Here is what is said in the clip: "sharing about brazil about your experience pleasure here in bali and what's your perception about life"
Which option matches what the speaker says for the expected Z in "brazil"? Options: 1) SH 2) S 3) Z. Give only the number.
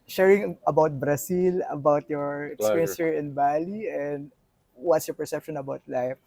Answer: 2